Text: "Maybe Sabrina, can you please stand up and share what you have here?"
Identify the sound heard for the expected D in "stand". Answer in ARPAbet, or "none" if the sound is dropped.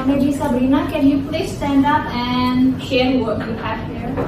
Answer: D